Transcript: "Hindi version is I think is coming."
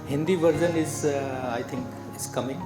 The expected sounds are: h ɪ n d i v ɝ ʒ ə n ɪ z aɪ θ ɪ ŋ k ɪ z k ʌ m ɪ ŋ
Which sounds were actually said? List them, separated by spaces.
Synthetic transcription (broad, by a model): h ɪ n d i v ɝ z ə n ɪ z aɪ t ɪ ŋ k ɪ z k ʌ m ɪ ŋ